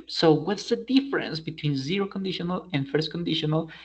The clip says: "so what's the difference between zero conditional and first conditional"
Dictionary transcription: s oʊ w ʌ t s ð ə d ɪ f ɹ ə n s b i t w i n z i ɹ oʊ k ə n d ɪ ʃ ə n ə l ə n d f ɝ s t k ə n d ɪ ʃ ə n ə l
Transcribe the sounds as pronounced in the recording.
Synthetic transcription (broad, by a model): s oʊ w ʌ t s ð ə d ɪ f ɹ ə n s b i t w i n z i ɹ oʊ k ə n d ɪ ʃ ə n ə l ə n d f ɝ s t k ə n d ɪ ʃ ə n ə l